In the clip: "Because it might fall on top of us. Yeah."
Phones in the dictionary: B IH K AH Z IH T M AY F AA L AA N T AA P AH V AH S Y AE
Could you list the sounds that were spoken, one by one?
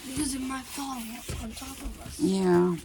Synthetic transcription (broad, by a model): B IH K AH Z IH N M AY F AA N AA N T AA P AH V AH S Y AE